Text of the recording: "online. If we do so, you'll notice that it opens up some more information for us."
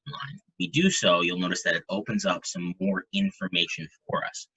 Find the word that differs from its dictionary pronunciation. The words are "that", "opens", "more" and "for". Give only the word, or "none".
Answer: none